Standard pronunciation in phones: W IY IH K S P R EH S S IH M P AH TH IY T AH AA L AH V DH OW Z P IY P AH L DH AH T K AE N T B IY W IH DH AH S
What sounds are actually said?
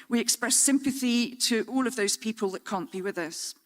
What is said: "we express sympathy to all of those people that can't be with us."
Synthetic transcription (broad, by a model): W IY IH K S P R EH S S IH M P AH TH IY T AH AA L AH V DH OW Z P IY P AH L DH AH T K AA N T B IY W IH DH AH S